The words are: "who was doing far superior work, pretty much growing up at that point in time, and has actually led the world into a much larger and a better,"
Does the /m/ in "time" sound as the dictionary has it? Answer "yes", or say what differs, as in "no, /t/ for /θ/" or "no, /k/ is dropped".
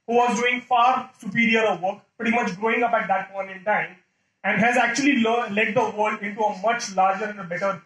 yes